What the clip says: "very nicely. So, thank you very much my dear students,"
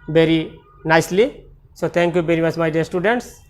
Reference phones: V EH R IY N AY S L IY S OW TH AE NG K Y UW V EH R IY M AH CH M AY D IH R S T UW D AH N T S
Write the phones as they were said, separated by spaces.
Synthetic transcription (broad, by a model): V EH R IY N AY S L IY S OW T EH NG K Y UW V EH R IY M AH CH M AY D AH R S T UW D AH N T S